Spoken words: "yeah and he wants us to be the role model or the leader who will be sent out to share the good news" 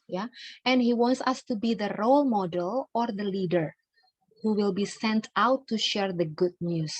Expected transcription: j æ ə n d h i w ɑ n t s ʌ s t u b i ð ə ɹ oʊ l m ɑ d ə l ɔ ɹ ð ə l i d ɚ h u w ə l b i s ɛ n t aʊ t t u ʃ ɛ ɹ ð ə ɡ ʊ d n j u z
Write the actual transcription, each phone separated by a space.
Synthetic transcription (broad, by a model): j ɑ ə n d h i w ɑ n t s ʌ s t u b i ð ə ɹ oʊ l m ɑ d ə l ɔ ɹ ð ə l i d ɚ h u w ə l b i s ɛ n t aʊ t t u ʃ ɛ ɹ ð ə ɡ ʊ d n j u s